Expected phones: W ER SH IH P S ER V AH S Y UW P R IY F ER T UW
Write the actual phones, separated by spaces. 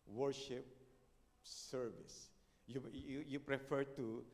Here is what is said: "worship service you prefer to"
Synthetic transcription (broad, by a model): W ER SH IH P S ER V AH S Y UW P R IY F ER T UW